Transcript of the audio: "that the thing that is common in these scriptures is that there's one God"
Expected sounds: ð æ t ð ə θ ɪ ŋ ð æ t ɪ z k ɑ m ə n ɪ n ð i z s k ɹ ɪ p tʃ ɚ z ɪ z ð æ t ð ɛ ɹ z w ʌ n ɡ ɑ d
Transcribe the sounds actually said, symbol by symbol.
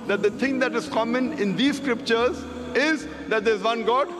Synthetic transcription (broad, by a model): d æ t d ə t ɪ ŋ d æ t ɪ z k ɑ m ə n ɪ n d i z s k ɹ ɪ p tʃ ɚ z ɪ z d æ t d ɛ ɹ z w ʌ n ɡ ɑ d